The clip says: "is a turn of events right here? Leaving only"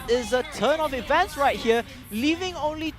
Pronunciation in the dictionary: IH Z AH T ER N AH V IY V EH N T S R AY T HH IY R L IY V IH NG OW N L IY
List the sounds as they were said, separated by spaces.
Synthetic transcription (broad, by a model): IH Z AH T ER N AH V IY V EH N T S R AY T HH IY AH L IY V IH NG OW N L IY